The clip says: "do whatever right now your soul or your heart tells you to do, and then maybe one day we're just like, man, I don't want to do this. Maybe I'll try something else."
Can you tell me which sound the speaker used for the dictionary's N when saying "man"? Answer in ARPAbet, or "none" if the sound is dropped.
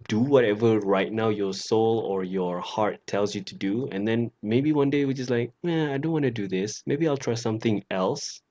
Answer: none